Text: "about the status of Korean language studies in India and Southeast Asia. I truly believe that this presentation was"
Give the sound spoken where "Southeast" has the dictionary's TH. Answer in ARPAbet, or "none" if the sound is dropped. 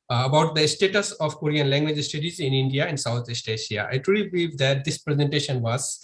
T